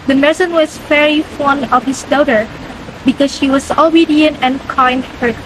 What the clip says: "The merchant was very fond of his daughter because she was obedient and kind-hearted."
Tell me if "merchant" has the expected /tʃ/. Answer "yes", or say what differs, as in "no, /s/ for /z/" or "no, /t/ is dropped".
no, /s/ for /tʃ/